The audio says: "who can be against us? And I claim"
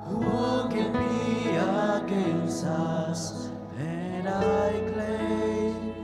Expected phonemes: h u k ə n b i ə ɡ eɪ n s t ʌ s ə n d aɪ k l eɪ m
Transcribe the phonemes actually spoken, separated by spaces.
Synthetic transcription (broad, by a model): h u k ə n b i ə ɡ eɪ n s ʌ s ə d aɪ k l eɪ